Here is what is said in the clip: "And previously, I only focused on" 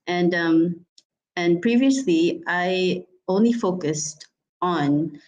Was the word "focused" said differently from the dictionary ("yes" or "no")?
no